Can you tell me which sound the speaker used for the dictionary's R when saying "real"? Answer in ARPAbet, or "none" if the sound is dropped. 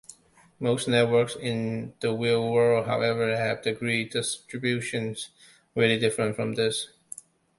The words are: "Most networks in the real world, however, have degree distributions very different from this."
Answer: W